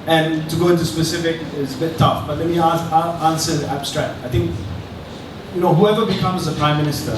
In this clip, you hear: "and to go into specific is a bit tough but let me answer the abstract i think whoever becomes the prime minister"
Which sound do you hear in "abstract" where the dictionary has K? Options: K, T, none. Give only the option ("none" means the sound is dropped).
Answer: K